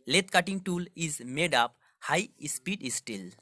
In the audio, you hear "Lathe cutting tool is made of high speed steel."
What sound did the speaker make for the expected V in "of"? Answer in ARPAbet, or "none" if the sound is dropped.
P